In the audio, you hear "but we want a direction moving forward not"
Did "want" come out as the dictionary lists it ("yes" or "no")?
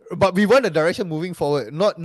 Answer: no